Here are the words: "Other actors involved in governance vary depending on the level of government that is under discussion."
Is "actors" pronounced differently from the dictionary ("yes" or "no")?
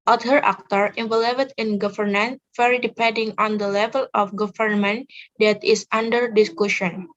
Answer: yes